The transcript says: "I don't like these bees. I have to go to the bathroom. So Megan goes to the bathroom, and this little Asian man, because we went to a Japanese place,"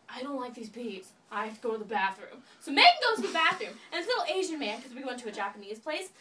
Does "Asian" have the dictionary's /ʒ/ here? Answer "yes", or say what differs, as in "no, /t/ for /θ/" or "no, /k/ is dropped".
yes